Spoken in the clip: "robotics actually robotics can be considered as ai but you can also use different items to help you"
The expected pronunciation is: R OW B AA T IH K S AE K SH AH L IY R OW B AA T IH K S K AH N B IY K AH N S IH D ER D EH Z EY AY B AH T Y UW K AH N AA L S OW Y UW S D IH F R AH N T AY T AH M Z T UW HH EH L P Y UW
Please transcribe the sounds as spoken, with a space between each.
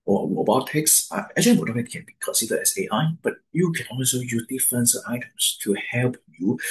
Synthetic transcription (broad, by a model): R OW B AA T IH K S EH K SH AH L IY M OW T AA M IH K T K AH N B IY K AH N S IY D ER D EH S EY AY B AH T Y UW K AH N AA L S OW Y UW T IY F AH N T AY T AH M S T UW HH EH L P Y UW